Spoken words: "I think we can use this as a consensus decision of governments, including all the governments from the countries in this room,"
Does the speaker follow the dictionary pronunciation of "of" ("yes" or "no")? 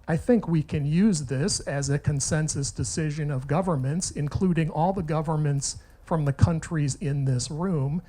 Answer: yes